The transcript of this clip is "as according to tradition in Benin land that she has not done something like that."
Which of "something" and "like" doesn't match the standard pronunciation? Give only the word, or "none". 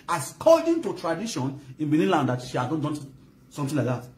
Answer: something